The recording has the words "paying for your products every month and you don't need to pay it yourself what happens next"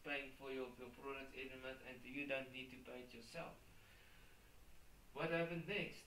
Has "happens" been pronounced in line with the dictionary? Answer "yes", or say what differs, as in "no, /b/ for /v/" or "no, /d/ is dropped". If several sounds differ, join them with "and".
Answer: no, /z/ is dropped